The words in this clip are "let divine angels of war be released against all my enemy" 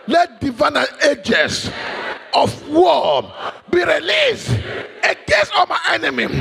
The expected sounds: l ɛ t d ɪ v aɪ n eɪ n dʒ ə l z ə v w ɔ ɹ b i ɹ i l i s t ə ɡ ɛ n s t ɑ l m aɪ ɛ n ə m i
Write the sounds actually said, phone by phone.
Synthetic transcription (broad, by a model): l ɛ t d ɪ v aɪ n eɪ dʒ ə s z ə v w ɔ b i ɹ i l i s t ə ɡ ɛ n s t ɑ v m aɪ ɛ n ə m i